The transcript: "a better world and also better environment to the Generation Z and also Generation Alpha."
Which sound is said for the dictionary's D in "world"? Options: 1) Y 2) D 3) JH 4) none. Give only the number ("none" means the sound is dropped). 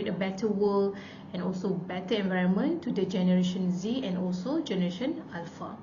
4